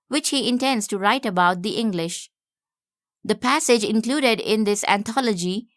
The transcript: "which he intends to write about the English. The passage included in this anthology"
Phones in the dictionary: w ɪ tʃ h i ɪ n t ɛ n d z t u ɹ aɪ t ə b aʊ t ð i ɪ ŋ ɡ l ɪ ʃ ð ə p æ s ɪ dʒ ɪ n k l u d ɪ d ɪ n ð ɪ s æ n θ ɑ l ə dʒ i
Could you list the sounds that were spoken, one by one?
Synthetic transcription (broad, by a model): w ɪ tʃ h i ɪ n t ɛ n d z t u ɹ aɪ t ə b aʊ t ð i ɪ ŋ ɡ l ɪ ʃ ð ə p æ s ɪ dʒ ɪ n k l u d ɪ d ɪ n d ɪ s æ n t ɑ l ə dʒ i